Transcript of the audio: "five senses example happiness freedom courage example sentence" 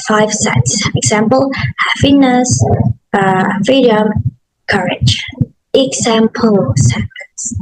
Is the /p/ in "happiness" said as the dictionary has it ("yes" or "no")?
no